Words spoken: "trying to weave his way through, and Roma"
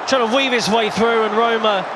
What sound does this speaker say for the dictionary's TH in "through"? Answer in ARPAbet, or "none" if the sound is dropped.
TH